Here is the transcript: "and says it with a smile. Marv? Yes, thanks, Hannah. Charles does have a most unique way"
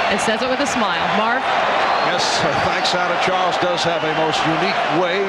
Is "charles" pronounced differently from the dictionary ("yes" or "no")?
no